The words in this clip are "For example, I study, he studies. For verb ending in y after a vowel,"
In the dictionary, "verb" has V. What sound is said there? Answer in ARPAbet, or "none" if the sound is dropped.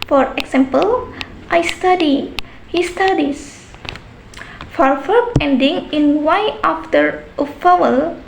F